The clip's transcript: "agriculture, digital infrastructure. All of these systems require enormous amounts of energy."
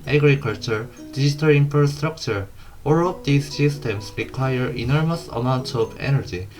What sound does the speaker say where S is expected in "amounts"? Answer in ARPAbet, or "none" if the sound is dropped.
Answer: none